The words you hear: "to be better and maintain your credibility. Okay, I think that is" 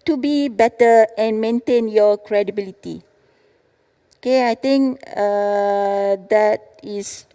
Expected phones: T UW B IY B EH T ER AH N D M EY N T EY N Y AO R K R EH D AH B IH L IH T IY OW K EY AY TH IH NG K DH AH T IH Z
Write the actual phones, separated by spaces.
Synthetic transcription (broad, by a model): T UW B IY B EH T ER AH N M EY N T EY N Y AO K R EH D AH B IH L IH T IY OW K EY AY T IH NG K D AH T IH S